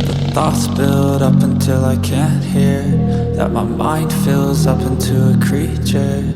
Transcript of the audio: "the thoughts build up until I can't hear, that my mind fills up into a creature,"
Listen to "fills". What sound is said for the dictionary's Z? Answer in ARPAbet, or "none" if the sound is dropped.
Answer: Z